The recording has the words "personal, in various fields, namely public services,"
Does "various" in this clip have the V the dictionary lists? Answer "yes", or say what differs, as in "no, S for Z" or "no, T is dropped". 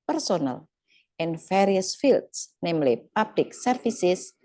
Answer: no, F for V